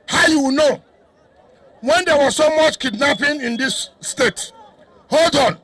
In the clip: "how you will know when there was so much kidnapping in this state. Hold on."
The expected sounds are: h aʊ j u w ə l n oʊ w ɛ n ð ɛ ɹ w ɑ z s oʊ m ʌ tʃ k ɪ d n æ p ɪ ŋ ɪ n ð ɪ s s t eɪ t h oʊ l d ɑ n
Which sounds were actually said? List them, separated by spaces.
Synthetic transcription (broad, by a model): h aʊ j u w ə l n oʊ w ɛ n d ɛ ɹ w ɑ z s oʊ m ʌ tʃ k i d n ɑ p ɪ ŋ ɪ n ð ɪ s s t eɪ t h oʊ l d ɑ n